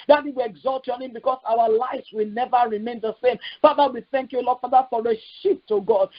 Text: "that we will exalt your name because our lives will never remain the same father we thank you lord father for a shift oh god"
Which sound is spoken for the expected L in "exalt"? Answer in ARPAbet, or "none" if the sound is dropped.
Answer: L